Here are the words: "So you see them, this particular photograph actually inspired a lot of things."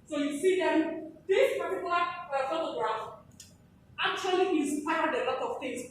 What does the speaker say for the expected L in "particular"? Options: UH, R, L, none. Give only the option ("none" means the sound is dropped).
none